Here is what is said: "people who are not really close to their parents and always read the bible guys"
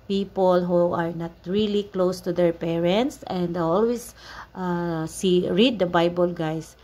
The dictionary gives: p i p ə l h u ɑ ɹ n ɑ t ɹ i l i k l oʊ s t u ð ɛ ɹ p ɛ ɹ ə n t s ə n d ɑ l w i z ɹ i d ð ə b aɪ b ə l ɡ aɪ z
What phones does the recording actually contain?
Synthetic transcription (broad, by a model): p i p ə l h u ɑ ɹ n ɑ t ɹ i l i k l oʊ s t u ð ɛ ɹ p ɛ ɹ ə n t s ə n d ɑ l w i s ɹ i d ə b aɪ b ə l ɡ aɪ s